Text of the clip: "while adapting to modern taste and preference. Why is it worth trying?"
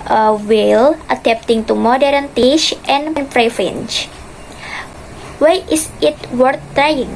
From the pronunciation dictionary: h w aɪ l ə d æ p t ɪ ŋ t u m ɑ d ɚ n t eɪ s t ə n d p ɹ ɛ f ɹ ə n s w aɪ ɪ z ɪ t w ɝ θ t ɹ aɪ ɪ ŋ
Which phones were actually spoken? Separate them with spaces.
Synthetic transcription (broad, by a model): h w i l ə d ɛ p t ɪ ŋ t u m ɑ d ɚ n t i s t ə n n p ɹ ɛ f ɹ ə n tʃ w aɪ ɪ s ɪ t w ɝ t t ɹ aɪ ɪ ŋ